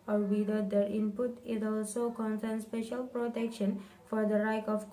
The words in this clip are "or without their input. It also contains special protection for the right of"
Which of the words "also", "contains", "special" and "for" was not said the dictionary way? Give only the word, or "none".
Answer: contains